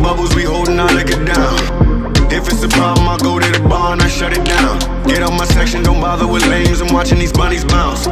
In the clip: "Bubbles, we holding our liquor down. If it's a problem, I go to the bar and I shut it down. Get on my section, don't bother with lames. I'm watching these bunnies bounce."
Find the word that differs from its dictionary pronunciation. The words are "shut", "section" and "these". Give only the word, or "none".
none